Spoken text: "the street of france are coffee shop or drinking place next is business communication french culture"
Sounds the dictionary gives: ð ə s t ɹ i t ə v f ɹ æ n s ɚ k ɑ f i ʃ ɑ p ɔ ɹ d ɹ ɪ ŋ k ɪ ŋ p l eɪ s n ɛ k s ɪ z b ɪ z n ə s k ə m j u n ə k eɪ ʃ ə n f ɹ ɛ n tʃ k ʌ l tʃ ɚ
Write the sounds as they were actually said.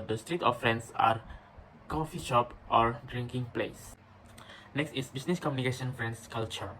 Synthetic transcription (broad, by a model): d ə s t ɹ i t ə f ɹ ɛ n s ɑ k ɑ f i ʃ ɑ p ɔ ɹ d ɹ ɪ ŋ k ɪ ŋ p l eɪ s n ɛ k s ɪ s b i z n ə s k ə m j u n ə k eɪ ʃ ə n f ɹ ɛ n s k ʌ l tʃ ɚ